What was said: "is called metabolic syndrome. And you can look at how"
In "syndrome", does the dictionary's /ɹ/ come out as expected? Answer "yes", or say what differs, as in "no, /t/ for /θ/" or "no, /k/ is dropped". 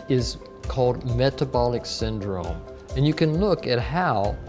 yes